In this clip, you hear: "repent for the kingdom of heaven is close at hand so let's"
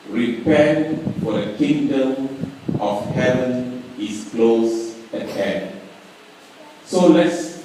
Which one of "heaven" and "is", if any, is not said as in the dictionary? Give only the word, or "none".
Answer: is